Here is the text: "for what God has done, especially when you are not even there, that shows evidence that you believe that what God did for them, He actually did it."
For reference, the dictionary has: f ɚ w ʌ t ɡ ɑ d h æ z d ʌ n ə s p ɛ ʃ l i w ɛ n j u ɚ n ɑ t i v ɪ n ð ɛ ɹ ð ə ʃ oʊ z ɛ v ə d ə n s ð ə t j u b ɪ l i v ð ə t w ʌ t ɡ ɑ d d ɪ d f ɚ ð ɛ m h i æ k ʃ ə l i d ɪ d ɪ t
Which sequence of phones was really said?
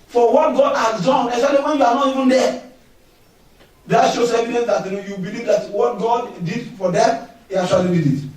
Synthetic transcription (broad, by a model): f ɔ w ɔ t ɡ ɑ d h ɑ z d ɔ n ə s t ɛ l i w ɛ n j u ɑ n ɑ t i v ɪ n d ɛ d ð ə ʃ oʊ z ɛ v ə d ə n s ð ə t j u b ɪ l i v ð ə t w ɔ t ɡ ɑ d d ɪ d f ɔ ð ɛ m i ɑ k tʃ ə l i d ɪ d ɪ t